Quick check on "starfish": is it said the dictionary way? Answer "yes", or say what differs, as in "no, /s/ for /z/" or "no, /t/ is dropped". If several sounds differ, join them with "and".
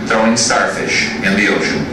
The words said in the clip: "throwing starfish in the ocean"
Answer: yes